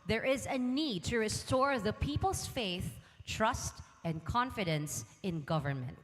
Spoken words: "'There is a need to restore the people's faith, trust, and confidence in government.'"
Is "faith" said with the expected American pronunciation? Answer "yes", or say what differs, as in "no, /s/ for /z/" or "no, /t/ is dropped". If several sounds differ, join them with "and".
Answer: yes